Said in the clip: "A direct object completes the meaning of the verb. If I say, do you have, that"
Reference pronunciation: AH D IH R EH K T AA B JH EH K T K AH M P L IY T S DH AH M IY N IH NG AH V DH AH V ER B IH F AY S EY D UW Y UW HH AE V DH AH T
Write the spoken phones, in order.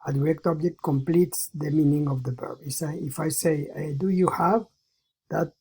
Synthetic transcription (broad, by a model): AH D IH R EH K T AA B JH EH K T K AH M P L IY T S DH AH M IY N IH NG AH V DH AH P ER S IH F AY S EY D UW Y UW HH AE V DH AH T